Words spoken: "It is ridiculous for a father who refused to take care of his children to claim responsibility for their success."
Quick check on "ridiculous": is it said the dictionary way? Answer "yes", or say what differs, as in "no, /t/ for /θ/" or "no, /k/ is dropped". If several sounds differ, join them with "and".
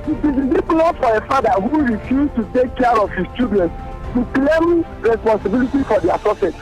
no, /s/ is dropped